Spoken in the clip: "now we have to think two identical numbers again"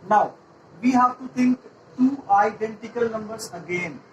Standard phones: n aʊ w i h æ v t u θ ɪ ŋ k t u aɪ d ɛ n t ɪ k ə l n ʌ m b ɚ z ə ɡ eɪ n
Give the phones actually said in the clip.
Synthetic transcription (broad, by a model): n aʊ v i h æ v t u t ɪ ŋ k t u aɪ d ɛ n t ɪ k ə l n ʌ m b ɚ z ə ɡ eɪ n